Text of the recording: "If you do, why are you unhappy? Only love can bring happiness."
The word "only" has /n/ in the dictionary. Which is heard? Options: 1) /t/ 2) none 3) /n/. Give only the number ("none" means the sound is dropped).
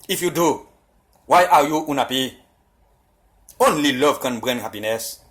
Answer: 3